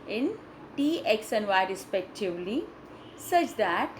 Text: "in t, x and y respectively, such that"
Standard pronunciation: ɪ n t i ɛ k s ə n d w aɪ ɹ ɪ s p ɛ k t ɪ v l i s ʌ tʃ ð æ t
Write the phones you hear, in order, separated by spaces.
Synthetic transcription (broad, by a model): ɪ n t i ɛ k s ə n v aɪ ɹ ɪ s p ɛ k t ɪ v l i s ʌ tʃ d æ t